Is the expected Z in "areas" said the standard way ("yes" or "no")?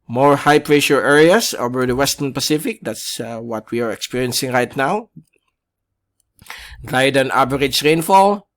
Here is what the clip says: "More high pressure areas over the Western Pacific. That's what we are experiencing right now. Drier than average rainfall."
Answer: no